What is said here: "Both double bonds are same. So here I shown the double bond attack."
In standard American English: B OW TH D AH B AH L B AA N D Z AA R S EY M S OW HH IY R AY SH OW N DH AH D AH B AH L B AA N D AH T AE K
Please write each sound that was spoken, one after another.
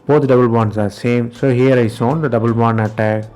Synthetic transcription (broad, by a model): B OW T D AH B AH L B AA N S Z AA R S EY M S OW HH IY R AY S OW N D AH D AH B AH L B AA N AH T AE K